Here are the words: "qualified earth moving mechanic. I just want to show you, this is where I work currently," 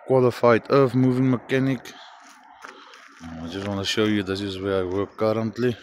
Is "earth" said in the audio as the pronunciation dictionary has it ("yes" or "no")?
no